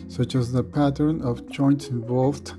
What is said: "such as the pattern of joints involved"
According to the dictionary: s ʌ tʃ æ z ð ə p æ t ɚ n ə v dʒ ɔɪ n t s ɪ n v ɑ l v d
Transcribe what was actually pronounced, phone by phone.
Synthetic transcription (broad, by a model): s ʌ tʃ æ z ð ə p æ t ɚ n ə v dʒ ɔɪ n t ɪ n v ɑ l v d